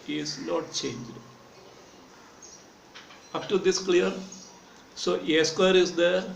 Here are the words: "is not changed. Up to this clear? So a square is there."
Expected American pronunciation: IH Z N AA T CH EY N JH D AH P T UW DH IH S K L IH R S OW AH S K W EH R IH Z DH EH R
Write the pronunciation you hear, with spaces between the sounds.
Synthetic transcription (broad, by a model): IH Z N AA T CH EY N JH D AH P T UW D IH S K L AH R S OW AH S K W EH R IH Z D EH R